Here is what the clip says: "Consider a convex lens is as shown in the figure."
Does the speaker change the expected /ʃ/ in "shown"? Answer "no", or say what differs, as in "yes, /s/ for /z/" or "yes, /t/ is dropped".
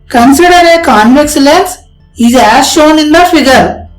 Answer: no